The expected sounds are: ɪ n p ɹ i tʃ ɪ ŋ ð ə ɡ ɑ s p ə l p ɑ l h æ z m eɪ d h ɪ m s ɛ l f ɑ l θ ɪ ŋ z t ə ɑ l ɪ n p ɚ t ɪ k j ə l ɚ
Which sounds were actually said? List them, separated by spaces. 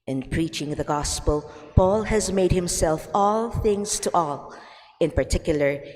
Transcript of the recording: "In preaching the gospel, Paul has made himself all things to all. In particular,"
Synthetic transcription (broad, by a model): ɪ n p ɹ i tʃ ɪ ŋ ð ə ɡ ɑ s p ə l p ɑ l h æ z m eɪ d h ɪ m s ɛ l f ɑ l θ ɪ ŋ z t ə ɑ l ɪ n p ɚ t ɪ k j l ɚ